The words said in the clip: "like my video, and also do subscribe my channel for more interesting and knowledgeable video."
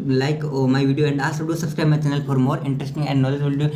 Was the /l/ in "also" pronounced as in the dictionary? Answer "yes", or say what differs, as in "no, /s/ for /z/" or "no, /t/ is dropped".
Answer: no, /l/ is dropped